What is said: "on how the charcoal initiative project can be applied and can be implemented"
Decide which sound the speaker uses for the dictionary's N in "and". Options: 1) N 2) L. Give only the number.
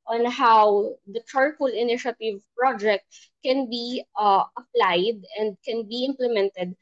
1